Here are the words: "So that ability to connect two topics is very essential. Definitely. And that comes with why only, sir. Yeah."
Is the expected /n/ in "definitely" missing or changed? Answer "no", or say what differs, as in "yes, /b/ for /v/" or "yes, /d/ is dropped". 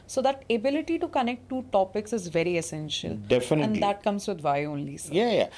yes, /n/ is dropped